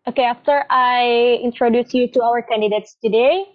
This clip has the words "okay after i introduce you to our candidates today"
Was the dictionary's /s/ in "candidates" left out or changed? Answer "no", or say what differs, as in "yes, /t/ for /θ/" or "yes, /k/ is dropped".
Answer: no